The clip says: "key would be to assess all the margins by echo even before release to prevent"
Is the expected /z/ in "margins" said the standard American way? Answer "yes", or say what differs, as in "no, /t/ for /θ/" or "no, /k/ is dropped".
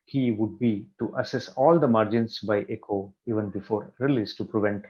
no, /s/ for /z/